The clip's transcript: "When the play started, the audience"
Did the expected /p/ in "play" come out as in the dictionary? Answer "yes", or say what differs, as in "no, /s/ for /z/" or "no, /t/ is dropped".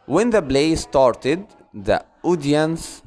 no, /b/ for /p/